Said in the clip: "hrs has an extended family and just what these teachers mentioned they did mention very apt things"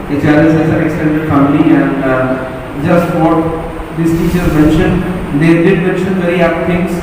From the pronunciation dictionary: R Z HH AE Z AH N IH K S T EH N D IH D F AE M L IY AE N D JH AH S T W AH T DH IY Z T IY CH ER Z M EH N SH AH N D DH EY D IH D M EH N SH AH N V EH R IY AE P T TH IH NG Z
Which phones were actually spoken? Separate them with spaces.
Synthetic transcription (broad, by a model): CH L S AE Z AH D IH K S T EH N D IH D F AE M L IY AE N D JH AH S T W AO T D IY S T IY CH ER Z M EH N SH AH N D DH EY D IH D M EH N SH AH N V EH R IY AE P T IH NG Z